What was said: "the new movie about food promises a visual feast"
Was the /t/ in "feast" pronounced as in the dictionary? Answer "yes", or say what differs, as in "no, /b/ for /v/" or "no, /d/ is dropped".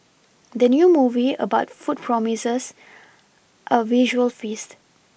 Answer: yes